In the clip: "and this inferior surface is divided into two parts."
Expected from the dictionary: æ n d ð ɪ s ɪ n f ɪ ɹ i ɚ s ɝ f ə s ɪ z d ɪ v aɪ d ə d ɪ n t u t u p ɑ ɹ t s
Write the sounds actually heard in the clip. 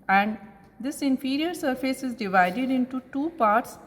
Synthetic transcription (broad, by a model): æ n d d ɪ s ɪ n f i ɹ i ɚ s ɝ f ə s ɪ z d ɪ v aɪ d ə d ɪ n t u t u p ɑ ɹ t s